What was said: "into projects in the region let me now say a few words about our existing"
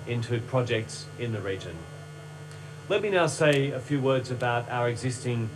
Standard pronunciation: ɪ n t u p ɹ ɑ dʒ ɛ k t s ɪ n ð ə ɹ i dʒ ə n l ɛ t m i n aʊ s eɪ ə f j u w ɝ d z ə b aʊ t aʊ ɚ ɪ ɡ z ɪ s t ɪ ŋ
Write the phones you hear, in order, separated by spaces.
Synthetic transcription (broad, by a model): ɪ n t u p ɹ ɑ dʒ ɛ k t s ɪ n ð ə ɹ i dʒ ə n l ɛ t m i n aʊ s eɪ ə f j u w ɝ d z ə b aʊ t aʊ ɚ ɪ ɡ z ɪ s t ɪ ŋ